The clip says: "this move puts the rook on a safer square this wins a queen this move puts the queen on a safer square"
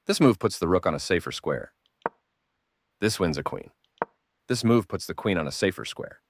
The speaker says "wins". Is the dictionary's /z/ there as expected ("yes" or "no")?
yes